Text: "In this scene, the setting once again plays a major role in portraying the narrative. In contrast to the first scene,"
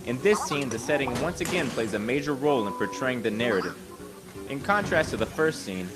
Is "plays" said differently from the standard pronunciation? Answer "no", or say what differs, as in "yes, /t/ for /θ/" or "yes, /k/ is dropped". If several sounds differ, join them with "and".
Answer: no